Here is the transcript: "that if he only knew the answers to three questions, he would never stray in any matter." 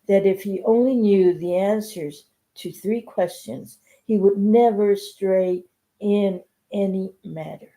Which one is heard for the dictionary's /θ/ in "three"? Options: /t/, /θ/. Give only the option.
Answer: /θ/